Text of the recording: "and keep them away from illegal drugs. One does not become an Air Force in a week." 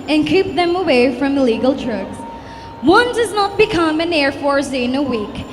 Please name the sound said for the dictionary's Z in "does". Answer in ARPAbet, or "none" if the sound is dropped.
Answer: Z